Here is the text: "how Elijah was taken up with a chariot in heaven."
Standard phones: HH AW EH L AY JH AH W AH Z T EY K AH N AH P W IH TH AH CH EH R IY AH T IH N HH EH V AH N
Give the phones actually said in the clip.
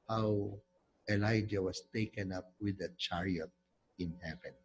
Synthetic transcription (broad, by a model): HH AW EH L AY JH AH W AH S T EY K AH N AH P W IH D AH CH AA R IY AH T IH N HH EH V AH N